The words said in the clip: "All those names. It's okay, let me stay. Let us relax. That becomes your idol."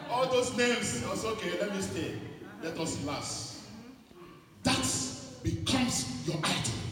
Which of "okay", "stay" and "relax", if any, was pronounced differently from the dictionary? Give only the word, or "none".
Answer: relax